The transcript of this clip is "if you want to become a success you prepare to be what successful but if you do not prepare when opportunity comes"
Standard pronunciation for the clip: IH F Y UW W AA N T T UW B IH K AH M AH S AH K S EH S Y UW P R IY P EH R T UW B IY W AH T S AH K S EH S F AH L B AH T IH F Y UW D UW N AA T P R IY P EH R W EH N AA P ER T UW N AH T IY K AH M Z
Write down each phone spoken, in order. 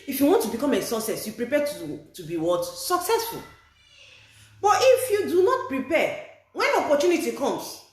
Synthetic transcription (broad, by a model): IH F Y UW W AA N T T UW B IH K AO M AH S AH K S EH S Y UW P R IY P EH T T UW B IY W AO T S AH K S EH S F AH L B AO T IH F Y UW D UW N AA T P R IY P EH W EH N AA P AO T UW N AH T IY K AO M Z